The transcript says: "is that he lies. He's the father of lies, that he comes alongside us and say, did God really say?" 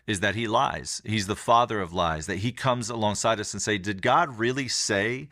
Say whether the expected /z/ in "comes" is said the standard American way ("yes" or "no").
yes